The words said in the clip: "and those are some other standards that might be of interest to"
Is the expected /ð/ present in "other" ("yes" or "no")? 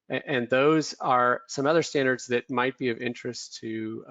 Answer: yes